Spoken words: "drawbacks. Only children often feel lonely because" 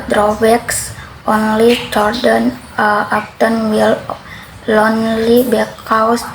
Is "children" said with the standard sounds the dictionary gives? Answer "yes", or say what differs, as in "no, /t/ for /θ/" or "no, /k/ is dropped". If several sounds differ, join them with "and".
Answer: no, /ɹ/ is dropped